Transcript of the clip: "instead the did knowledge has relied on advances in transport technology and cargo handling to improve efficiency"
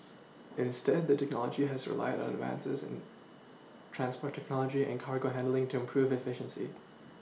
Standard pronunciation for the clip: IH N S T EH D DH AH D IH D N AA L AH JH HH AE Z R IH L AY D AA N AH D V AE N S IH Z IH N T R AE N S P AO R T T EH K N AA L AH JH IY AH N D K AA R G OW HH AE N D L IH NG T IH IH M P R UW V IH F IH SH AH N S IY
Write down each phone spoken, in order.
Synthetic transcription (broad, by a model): IH N S T EH D DH AH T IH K N AA L AH JH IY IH Z R IH L AY D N AH D V AE N S IH Z IH N T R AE N S P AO R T T EH K N AA L AH JH IY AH N K AA R G OW HH AE N D L IH NG T IH IH M P R UW V IH F IH SH AH N S IY